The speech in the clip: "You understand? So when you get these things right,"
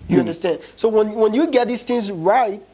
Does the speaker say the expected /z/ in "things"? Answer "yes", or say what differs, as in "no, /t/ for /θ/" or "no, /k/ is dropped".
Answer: yes